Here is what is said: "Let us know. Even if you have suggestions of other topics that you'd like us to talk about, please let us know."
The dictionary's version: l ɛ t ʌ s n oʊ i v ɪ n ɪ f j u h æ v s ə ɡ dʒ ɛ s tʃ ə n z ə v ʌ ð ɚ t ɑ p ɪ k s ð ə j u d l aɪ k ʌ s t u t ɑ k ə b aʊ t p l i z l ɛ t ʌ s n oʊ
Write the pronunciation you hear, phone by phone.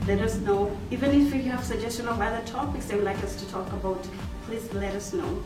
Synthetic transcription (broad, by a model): l ɛ t ʌ s n oʊ i v ɪ n ɪ f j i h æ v s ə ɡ dʒ ɛ s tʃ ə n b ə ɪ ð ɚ t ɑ b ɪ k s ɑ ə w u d l aɪ k ʌ s t u t ɑ k ə b aʊ t p l i z l ɛ t ʌ s n oʊ